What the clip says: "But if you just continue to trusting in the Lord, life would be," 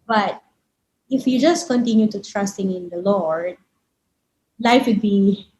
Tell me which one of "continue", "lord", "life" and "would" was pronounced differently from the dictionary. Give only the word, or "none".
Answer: none